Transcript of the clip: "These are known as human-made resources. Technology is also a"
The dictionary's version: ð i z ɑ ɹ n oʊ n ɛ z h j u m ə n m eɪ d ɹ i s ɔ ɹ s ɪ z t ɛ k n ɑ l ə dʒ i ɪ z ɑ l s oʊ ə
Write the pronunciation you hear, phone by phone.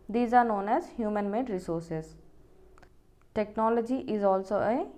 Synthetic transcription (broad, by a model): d i z ɑ ɹ n oʊ n ɛ z h j u m ə n m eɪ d ɹ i s ɔ ɹ s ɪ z t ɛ k n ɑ l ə dʒ i ɪ z ɑ l s oʊ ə